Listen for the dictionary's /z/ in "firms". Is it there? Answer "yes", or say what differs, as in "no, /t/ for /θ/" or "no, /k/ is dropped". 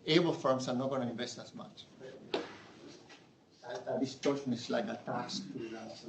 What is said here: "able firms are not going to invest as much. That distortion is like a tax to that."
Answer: no, /s/ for /z/